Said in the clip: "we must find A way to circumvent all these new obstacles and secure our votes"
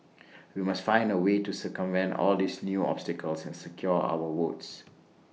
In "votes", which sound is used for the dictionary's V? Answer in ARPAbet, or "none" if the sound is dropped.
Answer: W